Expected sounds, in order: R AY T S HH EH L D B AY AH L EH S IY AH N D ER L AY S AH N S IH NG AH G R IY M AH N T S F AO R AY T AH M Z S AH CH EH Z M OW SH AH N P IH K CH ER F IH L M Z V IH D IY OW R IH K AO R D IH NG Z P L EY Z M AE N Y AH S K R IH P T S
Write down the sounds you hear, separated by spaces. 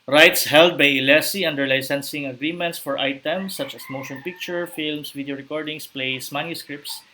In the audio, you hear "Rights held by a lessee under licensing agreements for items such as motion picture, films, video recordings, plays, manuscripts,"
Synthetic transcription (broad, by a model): R AY T S HH EH L D B AY AH L EH S IY AH N D ER L AY S AH N S IH NG AH G R IY M AH N T S F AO R AY T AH M S AH CH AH S M OW SH AH N P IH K CH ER F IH L M S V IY D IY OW R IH K AO R D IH NG S P L EY S M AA N Y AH S K R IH P T S